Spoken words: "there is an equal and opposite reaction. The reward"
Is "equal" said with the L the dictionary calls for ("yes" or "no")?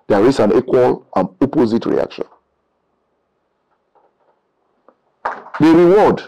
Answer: yes